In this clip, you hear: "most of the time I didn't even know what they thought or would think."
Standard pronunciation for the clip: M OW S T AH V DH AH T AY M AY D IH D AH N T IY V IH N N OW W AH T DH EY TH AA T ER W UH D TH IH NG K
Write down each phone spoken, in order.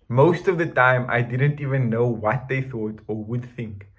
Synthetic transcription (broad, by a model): M OW S T AH V DH AH T AY M AY D IH D AH N T IY V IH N N OW W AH T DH EY TH AA T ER W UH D TH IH NG K